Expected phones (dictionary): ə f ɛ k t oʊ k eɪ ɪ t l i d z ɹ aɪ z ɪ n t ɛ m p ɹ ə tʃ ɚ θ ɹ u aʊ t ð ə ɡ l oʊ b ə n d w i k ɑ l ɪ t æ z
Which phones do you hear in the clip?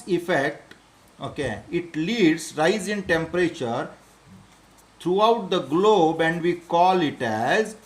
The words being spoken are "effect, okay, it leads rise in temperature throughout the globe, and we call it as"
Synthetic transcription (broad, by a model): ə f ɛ k t oʊ k eɪ ɪ t l i d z ɹ aɪ z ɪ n t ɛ m p ɹ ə tʃ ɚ t ɹ u aʊ t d ə ɡ l oʊ b ə n d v i k ɑ l ɪ t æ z